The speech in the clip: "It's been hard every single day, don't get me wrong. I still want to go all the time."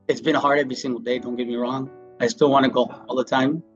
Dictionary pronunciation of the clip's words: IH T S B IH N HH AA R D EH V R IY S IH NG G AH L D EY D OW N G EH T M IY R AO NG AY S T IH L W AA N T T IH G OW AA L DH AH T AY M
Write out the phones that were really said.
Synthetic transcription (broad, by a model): IH T S B IH N HH AA R D EH V R IY S IH NG G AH L D EY D OW N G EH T M IY R AO NG AY S T IH L W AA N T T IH G OW AA L DH AH T AY M